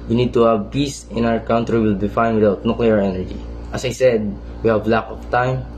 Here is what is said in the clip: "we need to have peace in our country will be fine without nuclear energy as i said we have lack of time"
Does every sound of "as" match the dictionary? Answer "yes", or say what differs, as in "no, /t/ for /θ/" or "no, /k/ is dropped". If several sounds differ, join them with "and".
no, /s/ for /z/